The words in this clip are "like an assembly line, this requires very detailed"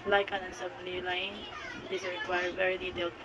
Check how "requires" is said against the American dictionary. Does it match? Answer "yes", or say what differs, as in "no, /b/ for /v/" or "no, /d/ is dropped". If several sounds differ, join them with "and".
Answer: no, /z/ is dropped